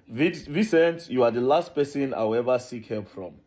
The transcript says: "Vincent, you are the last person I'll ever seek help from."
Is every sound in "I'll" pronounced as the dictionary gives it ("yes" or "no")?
no